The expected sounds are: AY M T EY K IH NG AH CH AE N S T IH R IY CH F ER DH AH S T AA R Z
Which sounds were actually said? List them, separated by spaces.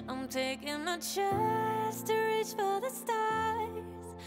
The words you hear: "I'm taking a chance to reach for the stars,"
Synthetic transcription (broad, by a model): AY M T EY K IH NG AH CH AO S T IH R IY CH F ER DH AH S T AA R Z